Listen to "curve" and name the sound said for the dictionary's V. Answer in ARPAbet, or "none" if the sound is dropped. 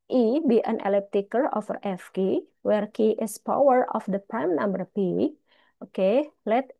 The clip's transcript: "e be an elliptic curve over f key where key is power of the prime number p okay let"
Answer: none